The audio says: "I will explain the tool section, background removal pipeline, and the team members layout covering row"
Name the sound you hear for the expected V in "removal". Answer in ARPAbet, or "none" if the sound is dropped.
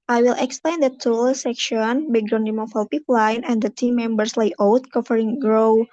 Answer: F